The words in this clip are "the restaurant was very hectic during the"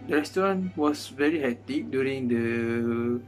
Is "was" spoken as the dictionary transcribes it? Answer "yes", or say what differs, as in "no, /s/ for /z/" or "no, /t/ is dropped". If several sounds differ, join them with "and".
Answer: no, /s/ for /z/